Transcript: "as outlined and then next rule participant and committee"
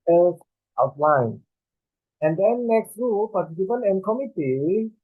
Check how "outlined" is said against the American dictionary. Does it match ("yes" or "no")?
no